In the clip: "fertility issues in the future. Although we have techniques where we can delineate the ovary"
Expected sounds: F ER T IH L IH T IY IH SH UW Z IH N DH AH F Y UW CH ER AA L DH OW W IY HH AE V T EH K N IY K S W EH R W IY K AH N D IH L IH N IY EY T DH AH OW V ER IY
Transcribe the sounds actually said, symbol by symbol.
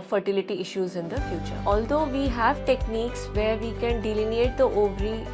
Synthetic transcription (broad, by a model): F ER T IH L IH T IY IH SH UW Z IH N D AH F Y UW CH ER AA L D OW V IY HH AE V T EH K N IY K S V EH R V IY K AH N D IH L IH N IY EY T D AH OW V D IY